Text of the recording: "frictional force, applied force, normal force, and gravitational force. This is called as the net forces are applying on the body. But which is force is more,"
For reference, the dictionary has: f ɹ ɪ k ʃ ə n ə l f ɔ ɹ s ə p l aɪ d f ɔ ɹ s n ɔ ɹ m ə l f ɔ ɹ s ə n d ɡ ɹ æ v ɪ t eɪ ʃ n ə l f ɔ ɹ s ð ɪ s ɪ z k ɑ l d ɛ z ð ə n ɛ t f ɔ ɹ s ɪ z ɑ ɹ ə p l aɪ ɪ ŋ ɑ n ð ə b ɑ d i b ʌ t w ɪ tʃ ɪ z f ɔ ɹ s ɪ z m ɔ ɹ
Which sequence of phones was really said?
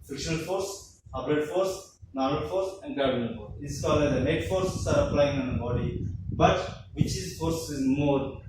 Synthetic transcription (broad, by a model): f ɹ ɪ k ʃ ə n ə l f ɔ ɹ s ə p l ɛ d f ɔ ɹ s n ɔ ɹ ə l f ɔ ɹ s ə n d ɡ æ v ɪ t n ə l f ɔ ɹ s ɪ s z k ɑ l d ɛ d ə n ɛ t f ɔ ɹ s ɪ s ɑ ɹ ə p l aɪ ɪ ŋ ɑ n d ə b ɑ d i b ʌ t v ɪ tʃ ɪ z f ɔ ɹ s ɪ z m ɔ ɹ